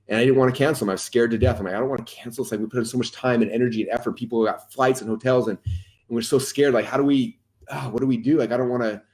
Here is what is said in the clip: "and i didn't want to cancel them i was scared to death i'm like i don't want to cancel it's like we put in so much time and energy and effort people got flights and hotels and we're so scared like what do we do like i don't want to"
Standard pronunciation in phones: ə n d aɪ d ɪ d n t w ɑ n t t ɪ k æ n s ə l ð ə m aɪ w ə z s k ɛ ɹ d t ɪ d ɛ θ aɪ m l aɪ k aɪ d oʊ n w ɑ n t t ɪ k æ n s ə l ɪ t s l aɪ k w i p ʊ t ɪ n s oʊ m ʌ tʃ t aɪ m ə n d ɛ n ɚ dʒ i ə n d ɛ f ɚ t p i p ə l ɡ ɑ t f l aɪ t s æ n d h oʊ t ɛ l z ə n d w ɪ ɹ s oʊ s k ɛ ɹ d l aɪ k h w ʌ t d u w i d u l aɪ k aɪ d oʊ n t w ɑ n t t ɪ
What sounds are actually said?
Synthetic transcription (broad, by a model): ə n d aɪ d ɪ d n t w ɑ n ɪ k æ n s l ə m aɪ w ə z s k ɛ ɹ d t ɪ d ɛ θ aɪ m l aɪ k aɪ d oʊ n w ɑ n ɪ k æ n s l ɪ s l aɪ k w i p ʊ t ɪ n s oʊ m ʌ tʃ t aɪ m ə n ɛ n ɚ dʒ i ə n ɛ f ɚ t p i p l ɡ ɑ t f l aɪ t s n h oʊ t ɛ l z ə n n w ɪ ɹ s oʊ s k ɛ ɹ d l aɪ k h w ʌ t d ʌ w i d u l aɪ k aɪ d oʊ n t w ɑ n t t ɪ